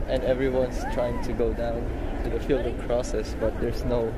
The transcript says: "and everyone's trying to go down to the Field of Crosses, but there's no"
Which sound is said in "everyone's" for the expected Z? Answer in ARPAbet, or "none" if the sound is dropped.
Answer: S